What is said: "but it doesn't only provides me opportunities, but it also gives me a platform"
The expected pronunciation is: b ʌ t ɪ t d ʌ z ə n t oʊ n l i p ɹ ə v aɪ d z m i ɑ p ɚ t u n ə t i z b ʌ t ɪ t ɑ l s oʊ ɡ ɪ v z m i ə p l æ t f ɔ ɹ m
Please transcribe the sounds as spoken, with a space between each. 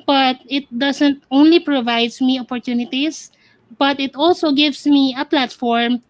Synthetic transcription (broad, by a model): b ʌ t ɪ t d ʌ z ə n t oʊ n l i p ɹ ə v aɪ d s m i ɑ p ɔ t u n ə t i s b ʌ t ɪ t ɑ l s oʊ ɡ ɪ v s m i ə p l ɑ t f ɔ ɹ m